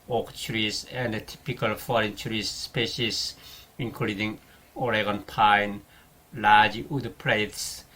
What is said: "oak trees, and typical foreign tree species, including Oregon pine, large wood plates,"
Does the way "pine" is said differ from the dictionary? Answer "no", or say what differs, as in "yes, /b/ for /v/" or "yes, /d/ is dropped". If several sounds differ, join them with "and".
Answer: no